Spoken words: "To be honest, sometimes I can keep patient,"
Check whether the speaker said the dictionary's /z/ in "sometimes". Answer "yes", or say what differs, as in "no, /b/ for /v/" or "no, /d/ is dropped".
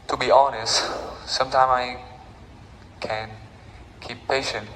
no, /z/ is dropped